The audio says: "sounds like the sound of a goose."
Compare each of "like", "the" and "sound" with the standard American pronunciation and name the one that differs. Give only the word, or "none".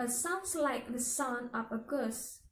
sound